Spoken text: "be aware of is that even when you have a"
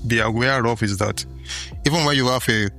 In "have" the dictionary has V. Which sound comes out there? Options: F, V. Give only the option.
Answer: F